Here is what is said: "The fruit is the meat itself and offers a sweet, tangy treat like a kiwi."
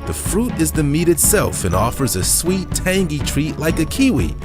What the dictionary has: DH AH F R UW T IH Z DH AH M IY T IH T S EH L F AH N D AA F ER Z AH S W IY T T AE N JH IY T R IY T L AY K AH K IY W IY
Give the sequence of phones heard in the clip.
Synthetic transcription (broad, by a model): DH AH F R UW T IH Z DH AH M IY T IH T S EH L F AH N AA F ER Z AH S W IY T T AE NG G IY T R IY T L AY K AH K IY W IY